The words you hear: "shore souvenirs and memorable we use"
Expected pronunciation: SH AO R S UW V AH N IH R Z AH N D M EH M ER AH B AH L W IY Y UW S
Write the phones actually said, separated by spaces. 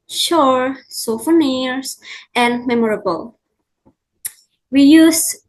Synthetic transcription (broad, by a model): SH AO R S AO F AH N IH R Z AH N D M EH M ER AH B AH L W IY Y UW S